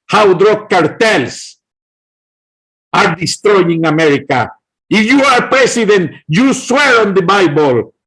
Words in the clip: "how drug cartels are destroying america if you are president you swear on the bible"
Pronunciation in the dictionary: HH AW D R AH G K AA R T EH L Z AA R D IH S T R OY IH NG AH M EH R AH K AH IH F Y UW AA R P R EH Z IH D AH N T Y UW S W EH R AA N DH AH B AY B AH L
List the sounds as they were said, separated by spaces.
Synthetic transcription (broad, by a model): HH AW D R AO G K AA R T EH L S AA R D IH S T R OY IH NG AH M EH R AH K AH IH F Y UW AA R P R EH S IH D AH N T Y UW S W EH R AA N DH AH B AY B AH L